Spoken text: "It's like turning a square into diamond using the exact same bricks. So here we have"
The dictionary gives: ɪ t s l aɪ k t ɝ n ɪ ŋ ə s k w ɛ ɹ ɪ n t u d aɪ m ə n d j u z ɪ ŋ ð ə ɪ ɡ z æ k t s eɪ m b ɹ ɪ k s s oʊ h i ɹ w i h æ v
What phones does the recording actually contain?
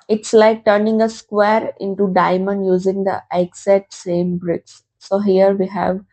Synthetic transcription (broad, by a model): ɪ t s l aɪ k t ɝ n ɪ ŋ ə s k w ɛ ɹ ɪ n t u d aɪ m ə n d j u z ɪ ŋ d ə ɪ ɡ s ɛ t s eɪ m b ɹ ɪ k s s oʊ h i ɹ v i h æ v